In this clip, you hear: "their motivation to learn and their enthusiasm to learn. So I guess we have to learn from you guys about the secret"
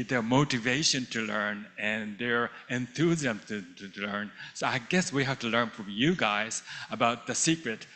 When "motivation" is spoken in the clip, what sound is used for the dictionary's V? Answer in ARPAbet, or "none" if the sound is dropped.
V